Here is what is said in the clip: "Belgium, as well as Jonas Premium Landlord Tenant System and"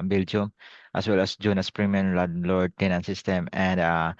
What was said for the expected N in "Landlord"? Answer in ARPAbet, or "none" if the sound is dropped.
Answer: none